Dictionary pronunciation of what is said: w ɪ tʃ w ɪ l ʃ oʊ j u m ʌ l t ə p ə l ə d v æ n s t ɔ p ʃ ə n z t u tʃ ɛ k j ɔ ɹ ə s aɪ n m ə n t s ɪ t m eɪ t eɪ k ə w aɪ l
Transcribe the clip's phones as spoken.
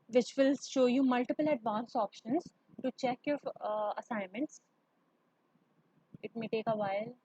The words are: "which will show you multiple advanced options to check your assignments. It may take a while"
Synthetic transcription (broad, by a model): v ɪ tʃ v ɪ l ʃ oʊ j u m ʌ l t ə p ə l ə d v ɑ n s ɔ p ʃ ə n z t u tʃ ɛ k j ɔ ɹ ə s aɪ n m ə n t s ɪ t m eɪ t eɪ k ə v aɪ l